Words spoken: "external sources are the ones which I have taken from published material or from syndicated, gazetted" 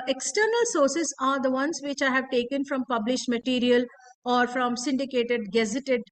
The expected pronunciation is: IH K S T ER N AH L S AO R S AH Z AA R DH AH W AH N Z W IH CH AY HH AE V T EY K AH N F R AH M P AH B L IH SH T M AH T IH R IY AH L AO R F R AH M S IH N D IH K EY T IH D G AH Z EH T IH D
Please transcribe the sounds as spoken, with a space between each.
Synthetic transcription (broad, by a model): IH K S T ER N AH L S AO R S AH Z AA R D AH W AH N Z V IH CH AY HH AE V T EY K AH N F R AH M P AH B L IH SH T M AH T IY R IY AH L AO R F R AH M S IH N D IH K EY T IH D G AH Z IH T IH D